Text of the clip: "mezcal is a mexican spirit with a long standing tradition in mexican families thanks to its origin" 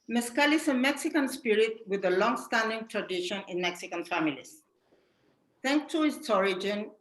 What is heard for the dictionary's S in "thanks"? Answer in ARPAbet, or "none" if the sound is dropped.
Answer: none